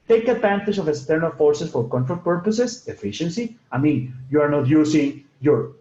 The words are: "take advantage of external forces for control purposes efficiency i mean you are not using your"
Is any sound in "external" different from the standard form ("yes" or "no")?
no